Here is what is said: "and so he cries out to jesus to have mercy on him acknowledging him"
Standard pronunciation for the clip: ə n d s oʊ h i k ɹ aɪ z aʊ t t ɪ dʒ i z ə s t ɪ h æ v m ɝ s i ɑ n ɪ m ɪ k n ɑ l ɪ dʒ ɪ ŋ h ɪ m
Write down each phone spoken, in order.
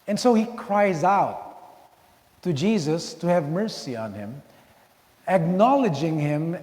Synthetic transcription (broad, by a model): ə n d s oʊ h i k ɹ aɪ z aʊ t t ɪ dʒ i z ə s t ɪ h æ v m ɝ s i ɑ n ɪ m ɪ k n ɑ l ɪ dʒ ɪ ŋ h ɪ m